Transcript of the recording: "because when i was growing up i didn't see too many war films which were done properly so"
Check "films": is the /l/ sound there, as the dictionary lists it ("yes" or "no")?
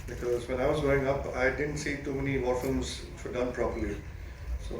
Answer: no